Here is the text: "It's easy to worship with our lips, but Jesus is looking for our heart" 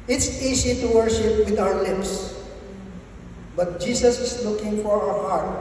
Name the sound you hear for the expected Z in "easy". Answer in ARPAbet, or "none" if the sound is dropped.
S